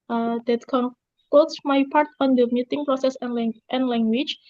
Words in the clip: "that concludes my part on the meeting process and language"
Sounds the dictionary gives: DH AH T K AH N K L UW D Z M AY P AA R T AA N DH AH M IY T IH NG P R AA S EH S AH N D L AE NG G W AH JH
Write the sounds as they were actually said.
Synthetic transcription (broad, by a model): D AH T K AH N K AO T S M AY P AA R T AA N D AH M IY T IH NG P R AA S EH S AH N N L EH NG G W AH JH